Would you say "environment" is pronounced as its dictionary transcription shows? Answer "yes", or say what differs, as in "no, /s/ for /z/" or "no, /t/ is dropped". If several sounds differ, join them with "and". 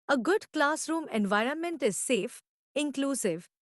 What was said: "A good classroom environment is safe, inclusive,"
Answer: yes